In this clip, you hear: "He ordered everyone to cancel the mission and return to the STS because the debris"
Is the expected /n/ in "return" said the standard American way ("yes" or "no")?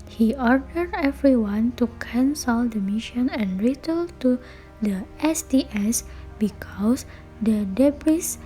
no